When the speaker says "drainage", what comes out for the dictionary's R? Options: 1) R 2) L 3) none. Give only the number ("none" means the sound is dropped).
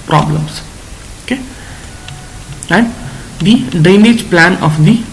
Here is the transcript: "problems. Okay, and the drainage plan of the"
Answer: 3